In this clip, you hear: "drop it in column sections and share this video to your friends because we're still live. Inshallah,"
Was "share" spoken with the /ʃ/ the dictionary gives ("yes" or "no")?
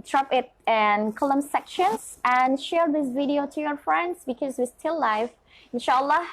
yes